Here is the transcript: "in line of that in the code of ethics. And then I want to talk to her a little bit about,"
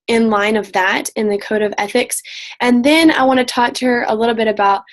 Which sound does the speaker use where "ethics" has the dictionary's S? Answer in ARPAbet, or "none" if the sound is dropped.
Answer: S